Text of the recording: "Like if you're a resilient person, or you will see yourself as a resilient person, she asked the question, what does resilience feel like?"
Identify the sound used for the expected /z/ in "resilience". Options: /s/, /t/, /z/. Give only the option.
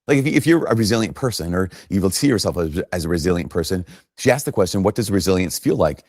/z/